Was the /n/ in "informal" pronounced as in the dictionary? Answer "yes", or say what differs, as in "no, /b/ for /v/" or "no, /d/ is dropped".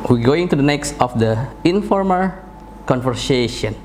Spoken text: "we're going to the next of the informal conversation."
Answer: yes